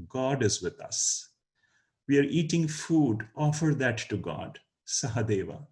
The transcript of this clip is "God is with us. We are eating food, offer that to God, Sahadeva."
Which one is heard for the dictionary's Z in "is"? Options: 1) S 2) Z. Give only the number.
2